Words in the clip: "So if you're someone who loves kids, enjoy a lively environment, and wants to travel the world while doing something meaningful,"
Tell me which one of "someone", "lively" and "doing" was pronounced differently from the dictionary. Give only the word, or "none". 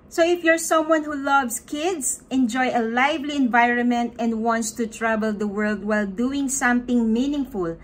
none